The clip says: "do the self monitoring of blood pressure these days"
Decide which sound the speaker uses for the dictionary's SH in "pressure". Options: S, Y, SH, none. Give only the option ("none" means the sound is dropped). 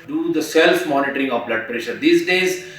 SH